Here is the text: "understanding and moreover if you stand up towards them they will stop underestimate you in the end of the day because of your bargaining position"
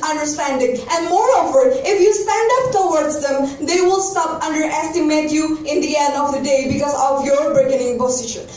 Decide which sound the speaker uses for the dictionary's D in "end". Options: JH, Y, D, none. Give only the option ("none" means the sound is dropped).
D